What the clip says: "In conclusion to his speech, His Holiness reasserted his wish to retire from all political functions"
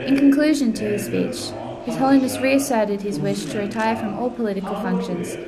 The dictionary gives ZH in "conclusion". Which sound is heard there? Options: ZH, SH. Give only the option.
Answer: ZH